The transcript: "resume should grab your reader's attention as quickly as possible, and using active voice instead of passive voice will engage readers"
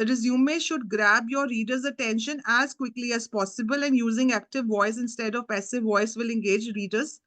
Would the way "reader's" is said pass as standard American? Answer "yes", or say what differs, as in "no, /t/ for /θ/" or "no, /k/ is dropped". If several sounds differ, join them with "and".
yes